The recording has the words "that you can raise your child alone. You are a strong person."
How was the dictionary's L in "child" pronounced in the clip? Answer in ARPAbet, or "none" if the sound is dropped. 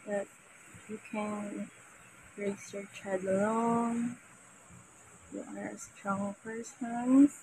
none